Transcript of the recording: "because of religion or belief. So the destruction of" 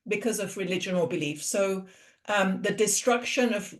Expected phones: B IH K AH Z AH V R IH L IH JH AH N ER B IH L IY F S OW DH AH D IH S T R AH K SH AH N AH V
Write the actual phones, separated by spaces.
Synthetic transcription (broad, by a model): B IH K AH Z AH V R IH L IH JH AH N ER B IH L IY F S OW DH AH D IH S T R AH K SH AH N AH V